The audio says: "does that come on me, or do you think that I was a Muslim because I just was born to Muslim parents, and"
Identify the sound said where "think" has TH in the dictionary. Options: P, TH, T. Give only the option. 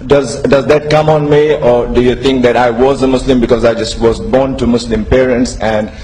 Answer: T